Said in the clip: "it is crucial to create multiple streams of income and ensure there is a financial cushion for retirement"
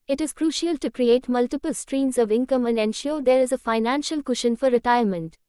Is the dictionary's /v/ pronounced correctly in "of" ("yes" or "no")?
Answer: yes